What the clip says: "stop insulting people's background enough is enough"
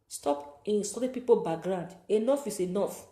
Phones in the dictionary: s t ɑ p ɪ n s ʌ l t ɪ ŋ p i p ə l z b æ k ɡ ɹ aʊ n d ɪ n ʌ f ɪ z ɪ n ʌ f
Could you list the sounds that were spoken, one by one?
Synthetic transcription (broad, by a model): s t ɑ p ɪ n s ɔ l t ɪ p i p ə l b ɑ ɡ ɹ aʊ n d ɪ n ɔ f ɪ s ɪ n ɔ f